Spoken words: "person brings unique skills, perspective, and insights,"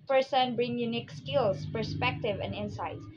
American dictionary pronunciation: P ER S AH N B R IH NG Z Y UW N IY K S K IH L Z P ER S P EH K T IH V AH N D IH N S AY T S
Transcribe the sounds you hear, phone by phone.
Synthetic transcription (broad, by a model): P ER S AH N B R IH NG Y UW N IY K S K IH L S P ER S P EH K T IH V AH N D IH N S AY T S